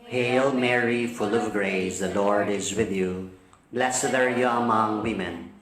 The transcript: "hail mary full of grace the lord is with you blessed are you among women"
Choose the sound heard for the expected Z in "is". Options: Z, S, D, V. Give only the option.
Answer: Z